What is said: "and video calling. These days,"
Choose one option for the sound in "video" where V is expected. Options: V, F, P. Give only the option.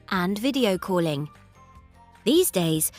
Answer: V